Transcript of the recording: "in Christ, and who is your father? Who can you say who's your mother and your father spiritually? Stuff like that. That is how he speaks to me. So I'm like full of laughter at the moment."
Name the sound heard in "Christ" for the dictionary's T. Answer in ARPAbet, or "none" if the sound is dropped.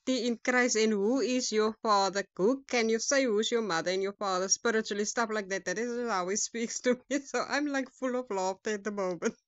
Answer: none